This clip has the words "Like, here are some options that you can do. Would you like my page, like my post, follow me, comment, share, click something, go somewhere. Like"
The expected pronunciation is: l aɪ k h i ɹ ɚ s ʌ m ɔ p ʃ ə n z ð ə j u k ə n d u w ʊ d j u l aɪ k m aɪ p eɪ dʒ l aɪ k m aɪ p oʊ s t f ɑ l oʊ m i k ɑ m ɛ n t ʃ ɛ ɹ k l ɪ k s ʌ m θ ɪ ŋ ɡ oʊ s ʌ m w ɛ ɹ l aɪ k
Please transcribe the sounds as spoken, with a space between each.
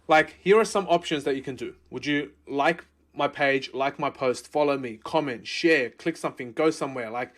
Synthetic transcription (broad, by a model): l aɪ k h i ɹ ɚ s ʌ m ɔ p ʃ ə n z ð ə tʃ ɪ k ə n d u w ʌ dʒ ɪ l aɪ k m aɪ p eɪ dʒ l aɪ k m aɪ p oʊ s t f ɑ l oʊ m i k ɑ m ɛ n t ʃ ɛ ɹ k l ɪ k s ʌ m θ ɪ ŋ ɡ oʊ s ʌ m w ɛ ɹ l aɪ k